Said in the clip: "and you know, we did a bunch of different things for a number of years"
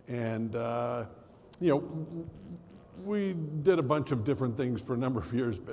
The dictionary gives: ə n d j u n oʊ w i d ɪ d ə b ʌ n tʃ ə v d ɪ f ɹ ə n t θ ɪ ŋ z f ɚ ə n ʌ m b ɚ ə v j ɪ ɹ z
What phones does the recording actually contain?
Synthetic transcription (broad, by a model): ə n j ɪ n oʊ w i d ɪ d ə b ʌ n tʃ ə v d ɪ f ɹ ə n θ ɪ ŋ z f ɚ ə n ʌ m b ɚ ə v j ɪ ɹ z